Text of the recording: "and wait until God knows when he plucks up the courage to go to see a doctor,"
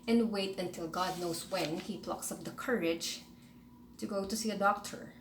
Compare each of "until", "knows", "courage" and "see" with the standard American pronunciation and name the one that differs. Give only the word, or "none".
knows